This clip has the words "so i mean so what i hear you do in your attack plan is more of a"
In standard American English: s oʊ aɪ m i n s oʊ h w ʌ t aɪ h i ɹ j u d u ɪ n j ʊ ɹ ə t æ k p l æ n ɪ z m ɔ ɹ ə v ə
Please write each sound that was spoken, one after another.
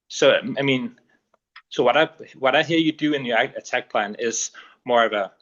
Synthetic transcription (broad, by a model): s oʊ aɪ m i n s oʊ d w ʌ t aɪ h i ɹ j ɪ d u ɪ n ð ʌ ɹ ə t æ k p l æ n ɪ z m ɔ ɹ ə v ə